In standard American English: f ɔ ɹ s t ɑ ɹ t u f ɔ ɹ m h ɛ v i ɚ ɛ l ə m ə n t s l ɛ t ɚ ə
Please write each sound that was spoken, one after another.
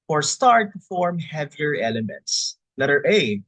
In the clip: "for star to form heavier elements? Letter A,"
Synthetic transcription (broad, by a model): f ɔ ɹ s t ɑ ɹ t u f ɔ ɹ m h ɛ v i ɚ ɛ l ə m ə n t s n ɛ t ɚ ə